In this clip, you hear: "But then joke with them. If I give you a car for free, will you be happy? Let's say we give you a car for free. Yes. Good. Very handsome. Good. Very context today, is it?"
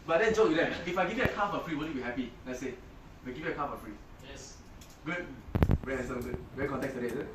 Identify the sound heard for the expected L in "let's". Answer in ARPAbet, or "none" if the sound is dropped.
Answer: N